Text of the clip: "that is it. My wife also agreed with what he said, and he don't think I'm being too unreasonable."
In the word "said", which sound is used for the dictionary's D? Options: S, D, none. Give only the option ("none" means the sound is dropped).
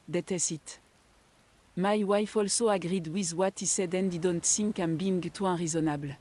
D